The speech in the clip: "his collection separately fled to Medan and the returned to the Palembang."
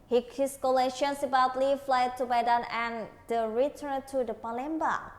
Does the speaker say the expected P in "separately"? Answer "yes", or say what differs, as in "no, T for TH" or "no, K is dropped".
no, B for P